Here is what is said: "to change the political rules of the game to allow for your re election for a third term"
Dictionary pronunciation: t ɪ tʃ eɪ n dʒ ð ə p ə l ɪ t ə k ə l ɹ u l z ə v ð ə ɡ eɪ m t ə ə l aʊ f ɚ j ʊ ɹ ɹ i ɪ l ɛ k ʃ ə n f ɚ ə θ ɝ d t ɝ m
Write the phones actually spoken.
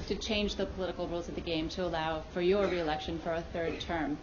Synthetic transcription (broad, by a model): t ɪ tʃ eɪ n dʒ ð ə p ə l ɪ t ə k l ɹ u l z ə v ð ə ɡ eɪ m t ə ə l aʊ f ɚ j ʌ ɹ ɹ i ɪ l ɛ k ʃ ə n f ɚ ə θ ɝ d t ɝ m